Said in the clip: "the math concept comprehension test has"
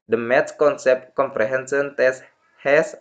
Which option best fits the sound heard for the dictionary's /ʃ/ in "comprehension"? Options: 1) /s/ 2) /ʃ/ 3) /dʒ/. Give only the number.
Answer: 1